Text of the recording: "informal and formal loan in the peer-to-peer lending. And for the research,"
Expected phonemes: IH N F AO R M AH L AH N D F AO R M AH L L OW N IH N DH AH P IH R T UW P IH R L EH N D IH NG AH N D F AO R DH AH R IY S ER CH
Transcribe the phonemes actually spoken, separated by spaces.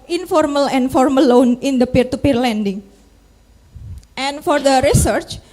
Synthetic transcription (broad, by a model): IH N F AO R M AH L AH N F AO R M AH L L OW N IH N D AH P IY R T UW P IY R L EH N D IH NG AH N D F AO R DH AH R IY S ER CH